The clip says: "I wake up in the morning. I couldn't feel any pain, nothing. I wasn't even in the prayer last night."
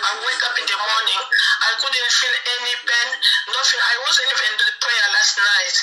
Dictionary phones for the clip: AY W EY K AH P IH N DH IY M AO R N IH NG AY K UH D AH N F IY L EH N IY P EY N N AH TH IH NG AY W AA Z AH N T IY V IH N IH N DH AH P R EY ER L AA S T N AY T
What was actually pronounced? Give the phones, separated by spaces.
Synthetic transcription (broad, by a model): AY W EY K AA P IH N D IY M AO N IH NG AY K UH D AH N F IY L EH N IY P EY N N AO F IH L AY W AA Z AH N IY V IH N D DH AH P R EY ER L AA S T N AY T